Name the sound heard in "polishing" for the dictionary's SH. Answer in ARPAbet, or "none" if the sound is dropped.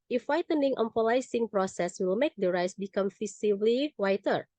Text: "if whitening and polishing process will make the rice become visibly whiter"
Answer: S